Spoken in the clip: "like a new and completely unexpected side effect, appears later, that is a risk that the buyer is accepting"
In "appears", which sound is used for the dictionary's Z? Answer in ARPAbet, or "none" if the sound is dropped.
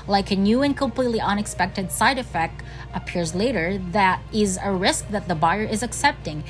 Z